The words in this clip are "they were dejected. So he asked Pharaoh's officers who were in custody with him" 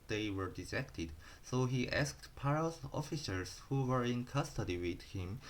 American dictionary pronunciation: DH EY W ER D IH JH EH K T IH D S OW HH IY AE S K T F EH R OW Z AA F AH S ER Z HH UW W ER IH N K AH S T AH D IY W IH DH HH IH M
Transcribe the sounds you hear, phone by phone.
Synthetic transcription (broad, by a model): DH EY W ER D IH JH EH K T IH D S OW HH IY AE S K T P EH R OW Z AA F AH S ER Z HH UW W ER IH N K AH S T AH D IY W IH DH HH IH M